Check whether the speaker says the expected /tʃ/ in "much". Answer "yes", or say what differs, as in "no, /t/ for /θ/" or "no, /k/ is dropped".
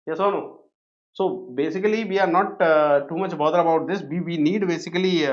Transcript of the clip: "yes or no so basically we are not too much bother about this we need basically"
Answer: yes